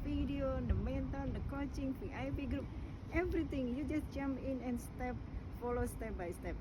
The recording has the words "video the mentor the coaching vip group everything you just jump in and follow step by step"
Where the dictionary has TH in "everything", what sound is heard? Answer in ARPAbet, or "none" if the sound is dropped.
T